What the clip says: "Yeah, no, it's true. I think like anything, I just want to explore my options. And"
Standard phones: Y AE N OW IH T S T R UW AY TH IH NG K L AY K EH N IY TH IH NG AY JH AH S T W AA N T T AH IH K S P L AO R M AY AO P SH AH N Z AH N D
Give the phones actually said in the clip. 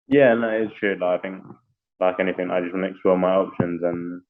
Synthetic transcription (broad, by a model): Y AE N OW IH T S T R UW AY TH IH NG K L AY K EH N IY TH IH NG AY JH AH S T W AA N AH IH K S P L AO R M AY AO P SH AH N Z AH N